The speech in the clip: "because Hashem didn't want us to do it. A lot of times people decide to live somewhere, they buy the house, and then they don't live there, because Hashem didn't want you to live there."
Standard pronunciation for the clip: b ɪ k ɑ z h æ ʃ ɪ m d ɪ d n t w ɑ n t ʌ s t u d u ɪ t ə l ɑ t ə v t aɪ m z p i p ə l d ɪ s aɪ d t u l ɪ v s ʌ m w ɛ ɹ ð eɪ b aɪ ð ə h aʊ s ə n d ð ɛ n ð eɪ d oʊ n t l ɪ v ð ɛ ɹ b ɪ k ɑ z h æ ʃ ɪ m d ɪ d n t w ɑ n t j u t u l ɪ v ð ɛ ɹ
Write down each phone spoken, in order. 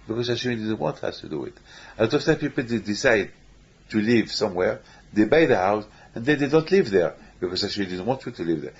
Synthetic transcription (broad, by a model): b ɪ k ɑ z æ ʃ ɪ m d ɪ d n t w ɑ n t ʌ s t u d u ɪ t ə l ɑ t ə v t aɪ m p i p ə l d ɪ s aɪ d t u l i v s ʌ m w ɛ ɹ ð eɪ b aɪ ð ə h aʊ s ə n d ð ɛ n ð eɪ d oʊ n t l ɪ v ð ɛ ɹ b ɪ k ɑ z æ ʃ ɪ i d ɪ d n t w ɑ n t j u t u l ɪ v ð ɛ ɹ